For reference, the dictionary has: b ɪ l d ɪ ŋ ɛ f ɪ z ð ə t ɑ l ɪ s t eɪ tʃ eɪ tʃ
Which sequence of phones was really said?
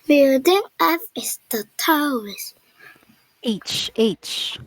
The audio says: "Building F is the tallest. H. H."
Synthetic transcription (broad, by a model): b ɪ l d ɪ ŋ ɛ f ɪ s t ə t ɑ w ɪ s eɪ tʃ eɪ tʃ